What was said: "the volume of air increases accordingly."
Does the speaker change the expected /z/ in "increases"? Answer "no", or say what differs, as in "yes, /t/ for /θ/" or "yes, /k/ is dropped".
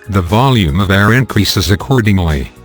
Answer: no